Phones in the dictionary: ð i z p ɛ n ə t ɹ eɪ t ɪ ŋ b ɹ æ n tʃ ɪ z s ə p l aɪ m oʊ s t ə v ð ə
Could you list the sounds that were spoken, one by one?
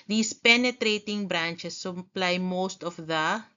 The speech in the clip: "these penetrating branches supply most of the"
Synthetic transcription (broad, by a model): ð i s p ɛ n ə t ɹ eɪ t ɪ ŋ b ɹ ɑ n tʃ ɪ s ə p l aɪ m oʊ s t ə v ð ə